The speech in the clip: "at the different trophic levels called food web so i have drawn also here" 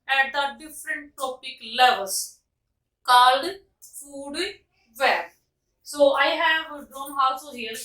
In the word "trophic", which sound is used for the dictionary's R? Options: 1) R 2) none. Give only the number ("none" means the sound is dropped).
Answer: 2